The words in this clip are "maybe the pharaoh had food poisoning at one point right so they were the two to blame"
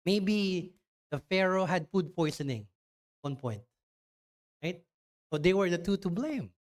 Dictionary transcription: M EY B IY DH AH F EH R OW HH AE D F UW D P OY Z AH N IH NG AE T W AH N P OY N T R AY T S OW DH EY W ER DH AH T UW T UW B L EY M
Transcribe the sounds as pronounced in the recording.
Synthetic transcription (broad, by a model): M EY B IY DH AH F EH R OW HH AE D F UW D P OY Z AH N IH NG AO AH N P OY N T R AY T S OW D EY W ER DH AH T UW T UW B L EY M